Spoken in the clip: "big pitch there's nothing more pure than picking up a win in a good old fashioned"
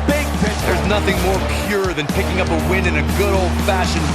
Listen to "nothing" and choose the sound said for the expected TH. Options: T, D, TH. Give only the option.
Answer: TH